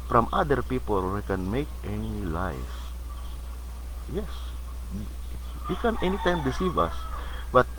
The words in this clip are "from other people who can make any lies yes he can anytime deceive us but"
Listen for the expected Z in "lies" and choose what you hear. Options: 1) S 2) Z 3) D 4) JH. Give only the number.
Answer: 1